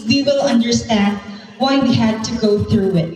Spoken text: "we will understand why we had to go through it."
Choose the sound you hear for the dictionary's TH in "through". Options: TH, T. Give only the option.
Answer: TH